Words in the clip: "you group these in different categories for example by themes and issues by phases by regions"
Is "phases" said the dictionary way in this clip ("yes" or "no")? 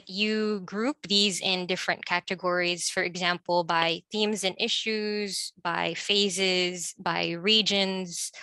yes